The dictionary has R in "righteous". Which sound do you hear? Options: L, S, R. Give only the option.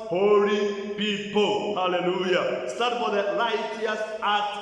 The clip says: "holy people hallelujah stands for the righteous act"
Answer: L